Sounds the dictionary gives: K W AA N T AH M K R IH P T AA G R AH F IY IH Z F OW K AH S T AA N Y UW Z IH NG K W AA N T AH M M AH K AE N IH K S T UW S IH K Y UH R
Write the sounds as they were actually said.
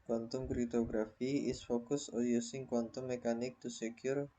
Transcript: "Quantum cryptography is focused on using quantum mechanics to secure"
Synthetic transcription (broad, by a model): K W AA N T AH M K R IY T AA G R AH F IY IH S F OW K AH S AA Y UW S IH NG K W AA N T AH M M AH K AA N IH K T UW S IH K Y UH R